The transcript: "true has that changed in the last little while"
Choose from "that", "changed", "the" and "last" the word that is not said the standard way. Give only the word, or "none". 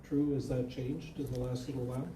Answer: none